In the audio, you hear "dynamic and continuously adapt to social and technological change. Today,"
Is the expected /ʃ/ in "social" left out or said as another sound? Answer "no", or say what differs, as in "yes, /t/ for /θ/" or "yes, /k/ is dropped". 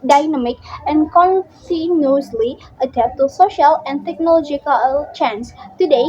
no